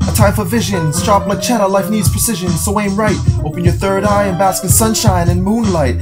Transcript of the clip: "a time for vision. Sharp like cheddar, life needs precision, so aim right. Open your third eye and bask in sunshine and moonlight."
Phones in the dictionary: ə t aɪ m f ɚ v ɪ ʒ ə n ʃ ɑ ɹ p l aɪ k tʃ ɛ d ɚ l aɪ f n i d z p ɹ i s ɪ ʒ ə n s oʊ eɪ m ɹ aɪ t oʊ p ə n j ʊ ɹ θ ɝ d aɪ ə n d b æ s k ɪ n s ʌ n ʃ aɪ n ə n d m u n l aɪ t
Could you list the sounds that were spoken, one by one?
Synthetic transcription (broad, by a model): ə t aɪ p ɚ v ɪ ʒ ə n s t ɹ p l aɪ tʃ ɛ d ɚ l aɪ f n i d z p ɹ i s ɪ ʒ ə n s oʊ eɪ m ɹ aɪ t oʊ p ə n j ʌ ɹ θ ɝ d aɪ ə n b æ s k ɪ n s ʌ n ʃ aɪ n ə n m u n l aɪ t